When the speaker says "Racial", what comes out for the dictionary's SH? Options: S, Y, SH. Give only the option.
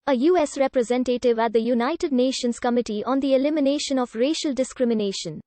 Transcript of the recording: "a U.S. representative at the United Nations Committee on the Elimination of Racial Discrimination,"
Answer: SH